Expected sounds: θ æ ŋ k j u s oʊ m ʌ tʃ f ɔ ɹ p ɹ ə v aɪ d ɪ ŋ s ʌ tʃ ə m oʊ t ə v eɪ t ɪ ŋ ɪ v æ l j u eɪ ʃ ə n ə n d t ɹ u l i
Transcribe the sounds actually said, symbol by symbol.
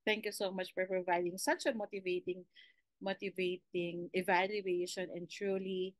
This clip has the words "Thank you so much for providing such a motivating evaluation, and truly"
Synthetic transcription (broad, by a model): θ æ ŋ k j u s oʊ m ʌ tʃ f ɔ ɹ p ɹ ə v aɪ d ɪ ŋ s ʌ tʃ ə m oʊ t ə v eɪ t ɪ ŋ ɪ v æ l j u eɪ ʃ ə n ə n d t ɹ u l i